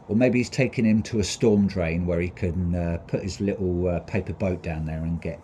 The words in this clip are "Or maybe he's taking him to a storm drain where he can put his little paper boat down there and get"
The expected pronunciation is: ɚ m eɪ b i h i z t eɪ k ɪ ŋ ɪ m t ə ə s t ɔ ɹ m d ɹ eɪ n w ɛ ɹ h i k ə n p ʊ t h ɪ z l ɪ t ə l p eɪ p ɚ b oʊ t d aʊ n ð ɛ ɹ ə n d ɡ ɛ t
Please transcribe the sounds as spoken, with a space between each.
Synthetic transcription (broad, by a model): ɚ m eɪ b i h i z t eɪ k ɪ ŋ ɪ m t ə ə s t ɔ m d ɹ eɪ n w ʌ ɹ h i k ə n p ʊ t h ɪ z l ɪ t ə p eɪ p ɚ b oʊ t d aʊ n ð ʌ ɹ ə n ɡ ɛ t